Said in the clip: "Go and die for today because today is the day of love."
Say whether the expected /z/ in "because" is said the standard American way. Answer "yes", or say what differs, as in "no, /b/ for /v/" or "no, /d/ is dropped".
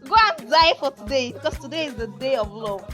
no, /s/ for /z/